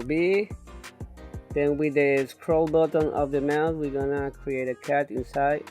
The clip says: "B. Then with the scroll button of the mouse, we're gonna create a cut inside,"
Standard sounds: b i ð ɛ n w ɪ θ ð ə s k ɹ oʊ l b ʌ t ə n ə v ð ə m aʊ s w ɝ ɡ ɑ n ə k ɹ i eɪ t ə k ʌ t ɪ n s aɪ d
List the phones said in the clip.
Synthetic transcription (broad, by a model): b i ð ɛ n w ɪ ð ə s k ɹ oʊ l b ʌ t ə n ə v ð ə m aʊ θ w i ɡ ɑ n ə k ɹ i eɪ t ə k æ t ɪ n s aɪ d